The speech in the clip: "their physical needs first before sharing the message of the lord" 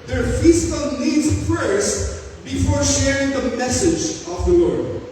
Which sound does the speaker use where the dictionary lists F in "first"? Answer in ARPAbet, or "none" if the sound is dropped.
P